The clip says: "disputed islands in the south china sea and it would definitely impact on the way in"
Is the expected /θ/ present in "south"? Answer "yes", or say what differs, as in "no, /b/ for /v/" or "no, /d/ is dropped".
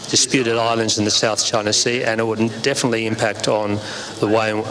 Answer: yes